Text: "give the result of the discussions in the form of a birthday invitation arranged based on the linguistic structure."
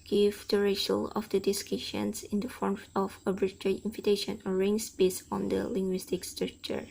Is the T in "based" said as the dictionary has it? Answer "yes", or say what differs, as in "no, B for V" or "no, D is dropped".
no, T is dropped